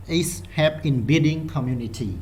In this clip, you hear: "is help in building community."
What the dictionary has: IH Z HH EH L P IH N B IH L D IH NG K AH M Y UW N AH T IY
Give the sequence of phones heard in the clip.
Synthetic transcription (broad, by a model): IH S HH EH P IH N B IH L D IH NG K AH M Y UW N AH T IY